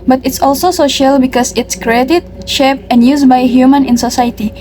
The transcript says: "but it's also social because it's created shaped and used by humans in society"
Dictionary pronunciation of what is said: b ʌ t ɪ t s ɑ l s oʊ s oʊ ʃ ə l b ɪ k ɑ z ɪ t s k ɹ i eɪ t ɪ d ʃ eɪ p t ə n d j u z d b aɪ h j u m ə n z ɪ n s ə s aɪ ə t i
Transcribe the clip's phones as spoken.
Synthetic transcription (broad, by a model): b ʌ t ɪ t s ɑ l s oʊ s oʊ ʃ ə l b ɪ k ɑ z ɪ t s k ɹ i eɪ t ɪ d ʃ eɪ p ə n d j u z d b aɪ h j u m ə n ɪ n s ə s aɪ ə t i